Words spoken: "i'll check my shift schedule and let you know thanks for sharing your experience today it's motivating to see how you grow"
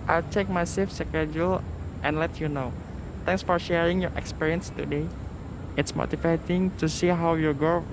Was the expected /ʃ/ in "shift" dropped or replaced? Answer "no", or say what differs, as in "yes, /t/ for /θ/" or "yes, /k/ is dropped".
yes, /s/ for /ʃ/